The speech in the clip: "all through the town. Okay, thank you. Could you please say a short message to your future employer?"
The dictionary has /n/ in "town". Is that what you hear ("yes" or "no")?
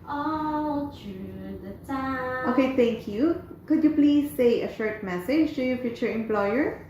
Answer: no